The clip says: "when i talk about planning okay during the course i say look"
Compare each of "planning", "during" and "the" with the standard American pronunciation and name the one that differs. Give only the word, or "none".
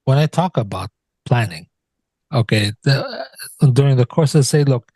none